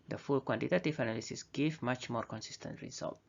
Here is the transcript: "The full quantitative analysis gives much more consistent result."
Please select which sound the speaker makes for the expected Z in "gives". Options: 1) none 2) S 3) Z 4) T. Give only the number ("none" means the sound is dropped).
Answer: 1